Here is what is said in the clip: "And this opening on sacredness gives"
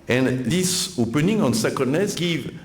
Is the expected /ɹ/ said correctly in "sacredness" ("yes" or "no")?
no